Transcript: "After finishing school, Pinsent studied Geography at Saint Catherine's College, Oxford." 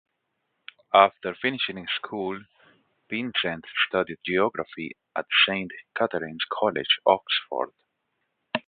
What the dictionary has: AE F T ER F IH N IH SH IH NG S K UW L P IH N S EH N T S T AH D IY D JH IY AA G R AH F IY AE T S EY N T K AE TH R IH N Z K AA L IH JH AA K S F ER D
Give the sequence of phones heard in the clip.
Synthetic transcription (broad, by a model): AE F T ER F IH N IH SH IH NG S K UW L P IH N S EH N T S T AH D IY D JH IY AA G R AH F IY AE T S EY N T K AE T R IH N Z K AA L IH JH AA K S F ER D